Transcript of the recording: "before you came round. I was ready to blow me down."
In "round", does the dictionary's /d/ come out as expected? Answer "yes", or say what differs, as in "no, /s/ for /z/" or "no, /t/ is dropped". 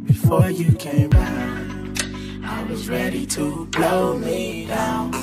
no, /d/ is dropped